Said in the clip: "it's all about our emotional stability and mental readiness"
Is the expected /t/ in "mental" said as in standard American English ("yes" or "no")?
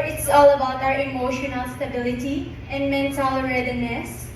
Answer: no